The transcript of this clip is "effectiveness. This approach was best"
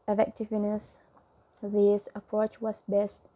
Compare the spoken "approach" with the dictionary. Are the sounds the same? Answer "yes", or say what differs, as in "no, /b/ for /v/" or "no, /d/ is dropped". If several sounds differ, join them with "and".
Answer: yes